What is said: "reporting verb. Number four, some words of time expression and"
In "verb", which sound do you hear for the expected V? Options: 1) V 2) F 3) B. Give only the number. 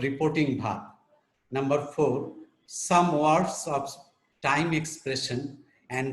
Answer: 3